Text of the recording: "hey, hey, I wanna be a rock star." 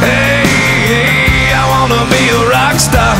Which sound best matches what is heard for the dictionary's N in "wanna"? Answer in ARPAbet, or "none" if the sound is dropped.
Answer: N